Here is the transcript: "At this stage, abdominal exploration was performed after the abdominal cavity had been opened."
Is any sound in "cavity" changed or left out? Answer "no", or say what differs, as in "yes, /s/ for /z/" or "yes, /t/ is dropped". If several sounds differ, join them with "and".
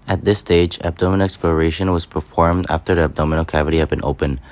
no